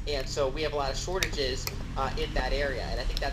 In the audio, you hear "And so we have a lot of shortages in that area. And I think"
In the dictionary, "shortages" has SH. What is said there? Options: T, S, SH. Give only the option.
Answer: SH